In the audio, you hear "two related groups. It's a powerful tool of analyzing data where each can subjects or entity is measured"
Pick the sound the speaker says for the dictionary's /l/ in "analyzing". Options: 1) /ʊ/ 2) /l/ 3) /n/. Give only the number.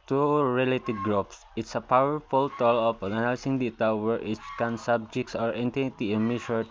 3